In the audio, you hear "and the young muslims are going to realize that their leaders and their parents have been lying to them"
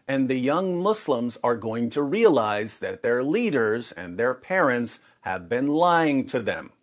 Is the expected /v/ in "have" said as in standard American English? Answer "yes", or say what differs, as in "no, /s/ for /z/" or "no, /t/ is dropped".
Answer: yes